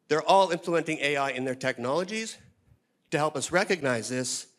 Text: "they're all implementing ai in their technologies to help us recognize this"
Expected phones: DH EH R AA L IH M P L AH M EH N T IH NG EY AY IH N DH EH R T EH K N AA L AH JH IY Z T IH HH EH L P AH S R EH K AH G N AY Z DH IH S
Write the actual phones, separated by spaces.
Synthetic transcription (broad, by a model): DH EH R AA L IH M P L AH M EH N T IH NG EY AY IH N DH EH R T EH K N AA L AH JH IY Z T IH HH EH L P AH S R EH K AH G N AY Z DH IH S